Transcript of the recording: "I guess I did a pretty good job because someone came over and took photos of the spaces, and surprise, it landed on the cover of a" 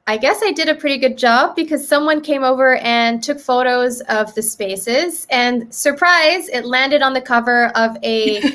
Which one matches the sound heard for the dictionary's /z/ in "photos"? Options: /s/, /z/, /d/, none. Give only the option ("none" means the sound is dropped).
/z/